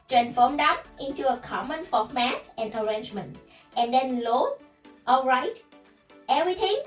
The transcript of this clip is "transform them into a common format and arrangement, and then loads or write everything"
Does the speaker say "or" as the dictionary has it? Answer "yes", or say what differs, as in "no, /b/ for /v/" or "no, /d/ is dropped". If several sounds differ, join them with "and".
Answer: no, /l/ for /ɹ/